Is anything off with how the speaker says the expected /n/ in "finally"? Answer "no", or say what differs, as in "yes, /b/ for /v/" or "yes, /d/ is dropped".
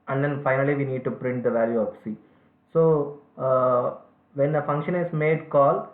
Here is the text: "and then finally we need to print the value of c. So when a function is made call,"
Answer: no